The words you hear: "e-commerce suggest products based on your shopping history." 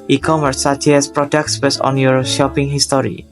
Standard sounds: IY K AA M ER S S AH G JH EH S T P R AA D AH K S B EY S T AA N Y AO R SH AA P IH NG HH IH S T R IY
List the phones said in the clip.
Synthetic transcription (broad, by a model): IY K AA M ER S S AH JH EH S P R AA D AH K S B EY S AA N Y AO R SH AA P IH NG HH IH S T R IY